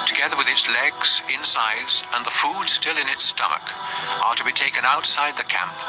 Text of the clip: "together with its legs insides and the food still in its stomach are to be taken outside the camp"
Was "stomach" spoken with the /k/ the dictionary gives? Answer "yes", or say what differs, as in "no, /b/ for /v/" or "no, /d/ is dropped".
yes